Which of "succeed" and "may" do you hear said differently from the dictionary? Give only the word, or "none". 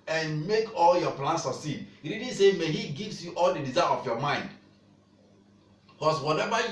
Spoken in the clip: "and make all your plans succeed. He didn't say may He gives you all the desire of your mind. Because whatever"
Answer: succeed